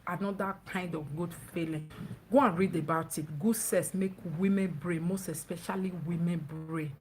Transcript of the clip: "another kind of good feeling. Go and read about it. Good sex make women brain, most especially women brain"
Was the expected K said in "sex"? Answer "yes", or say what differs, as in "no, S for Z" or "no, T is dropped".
no, K is dropped